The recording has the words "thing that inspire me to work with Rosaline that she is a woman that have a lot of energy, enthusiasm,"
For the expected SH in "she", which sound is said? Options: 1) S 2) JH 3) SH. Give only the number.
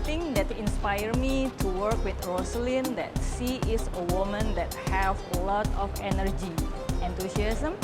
1